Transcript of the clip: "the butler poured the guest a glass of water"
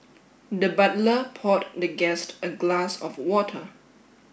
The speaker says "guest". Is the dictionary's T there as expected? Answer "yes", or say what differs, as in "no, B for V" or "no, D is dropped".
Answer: yes